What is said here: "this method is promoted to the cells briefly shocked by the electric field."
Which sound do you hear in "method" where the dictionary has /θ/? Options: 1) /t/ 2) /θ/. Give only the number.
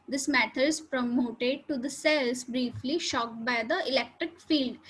1